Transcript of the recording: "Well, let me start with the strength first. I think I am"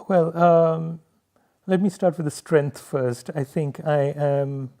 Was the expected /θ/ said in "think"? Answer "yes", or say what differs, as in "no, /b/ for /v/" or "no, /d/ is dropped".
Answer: yes